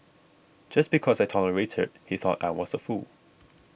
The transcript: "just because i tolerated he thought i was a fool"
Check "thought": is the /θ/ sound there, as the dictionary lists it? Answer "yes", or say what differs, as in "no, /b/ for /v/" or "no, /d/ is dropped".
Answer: yes